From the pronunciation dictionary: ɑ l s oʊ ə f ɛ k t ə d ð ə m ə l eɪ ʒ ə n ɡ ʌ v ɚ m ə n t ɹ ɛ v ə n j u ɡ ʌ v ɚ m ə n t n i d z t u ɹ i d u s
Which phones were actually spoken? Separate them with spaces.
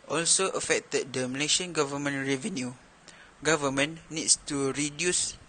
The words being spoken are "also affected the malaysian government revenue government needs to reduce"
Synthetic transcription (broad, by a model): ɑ l s oʊ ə f ɛ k t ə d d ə m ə l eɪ ʃ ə n ɡ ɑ v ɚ m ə n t ɹ ɛ v ə n j u ɡ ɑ v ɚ m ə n n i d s t u ɹ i d u s